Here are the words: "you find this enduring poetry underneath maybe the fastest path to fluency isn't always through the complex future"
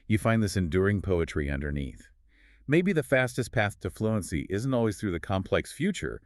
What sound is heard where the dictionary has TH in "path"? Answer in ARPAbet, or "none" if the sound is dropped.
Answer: TH